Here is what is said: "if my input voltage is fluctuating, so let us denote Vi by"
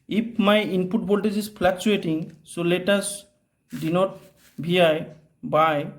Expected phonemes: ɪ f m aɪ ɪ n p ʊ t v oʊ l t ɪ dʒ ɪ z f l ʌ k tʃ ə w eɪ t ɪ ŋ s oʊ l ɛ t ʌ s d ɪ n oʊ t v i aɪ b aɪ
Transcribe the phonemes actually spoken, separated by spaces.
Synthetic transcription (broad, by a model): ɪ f m aɪ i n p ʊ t b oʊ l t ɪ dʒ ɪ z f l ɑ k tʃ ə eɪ t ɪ ŋ s oʊ l ɛ t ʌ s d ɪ n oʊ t b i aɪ b aɪ